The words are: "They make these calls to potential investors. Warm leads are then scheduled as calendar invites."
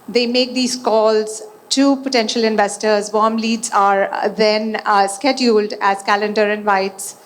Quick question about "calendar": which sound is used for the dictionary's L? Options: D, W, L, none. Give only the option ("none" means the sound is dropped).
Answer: L